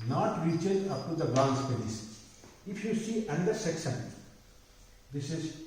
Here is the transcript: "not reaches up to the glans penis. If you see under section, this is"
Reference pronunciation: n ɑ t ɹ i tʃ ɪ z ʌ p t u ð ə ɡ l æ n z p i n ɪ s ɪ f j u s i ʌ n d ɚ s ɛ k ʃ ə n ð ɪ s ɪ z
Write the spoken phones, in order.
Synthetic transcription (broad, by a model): n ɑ t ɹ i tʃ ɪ ʌ p t u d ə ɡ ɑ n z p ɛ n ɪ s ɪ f j u s i ʌ n d ɚ s ɛ k ʃ ə n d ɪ s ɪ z